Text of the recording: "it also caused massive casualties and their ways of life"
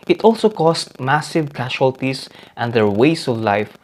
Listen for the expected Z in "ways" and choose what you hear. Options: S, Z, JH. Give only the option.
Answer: S